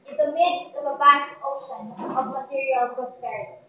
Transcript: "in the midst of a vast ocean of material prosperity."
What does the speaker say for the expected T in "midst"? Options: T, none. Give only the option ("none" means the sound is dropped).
T